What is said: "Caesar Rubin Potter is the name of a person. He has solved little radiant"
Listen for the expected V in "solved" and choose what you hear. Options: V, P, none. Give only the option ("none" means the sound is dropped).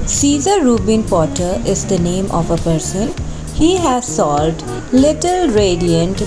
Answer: none